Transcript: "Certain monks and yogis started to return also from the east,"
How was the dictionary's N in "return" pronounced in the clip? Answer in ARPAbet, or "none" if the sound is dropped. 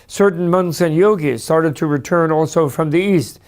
N